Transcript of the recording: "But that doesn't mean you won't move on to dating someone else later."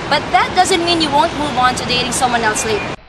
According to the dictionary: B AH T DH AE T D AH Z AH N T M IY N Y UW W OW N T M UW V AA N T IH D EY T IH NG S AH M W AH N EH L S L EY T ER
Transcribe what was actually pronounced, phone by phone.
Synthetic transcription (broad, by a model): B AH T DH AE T D AH Z AH N T M IY N Y UW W OW N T M UW V AA N T IH D EY T IH NG S AH M W AH N EH L S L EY